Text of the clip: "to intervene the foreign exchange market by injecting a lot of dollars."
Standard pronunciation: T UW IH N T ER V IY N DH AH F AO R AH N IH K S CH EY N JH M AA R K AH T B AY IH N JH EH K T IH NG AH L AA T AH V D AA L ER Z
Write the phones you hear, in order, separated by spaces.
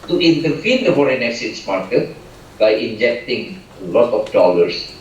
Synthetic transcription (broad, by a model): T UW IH N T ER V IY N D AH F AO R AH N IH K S EY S M AA R K AH T B AY IH N JH EH K T IH NG AH L AA T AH F D AA L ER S